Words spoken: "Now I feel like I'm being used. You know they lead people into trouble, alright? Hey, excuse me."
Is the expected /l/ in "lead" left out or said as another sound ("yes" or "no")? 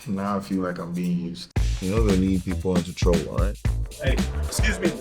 yes